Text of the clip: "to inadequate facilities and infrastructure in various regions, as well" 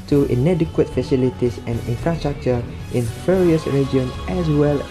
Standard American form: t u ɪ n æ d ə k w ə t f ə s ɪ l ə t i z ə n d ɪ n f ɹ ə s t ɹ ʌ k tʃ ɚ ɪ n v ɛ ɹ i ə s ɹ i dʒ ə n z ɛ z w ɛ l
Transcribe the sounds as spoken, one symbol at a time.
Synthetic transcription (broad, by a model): t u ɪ n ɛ d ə k w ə t f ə s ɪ l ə t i s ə n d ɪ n f ɹ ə s t ɹ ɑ k tʃ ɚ ɪ n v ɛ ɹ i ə s ɹ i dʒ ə n ɛ s w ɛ l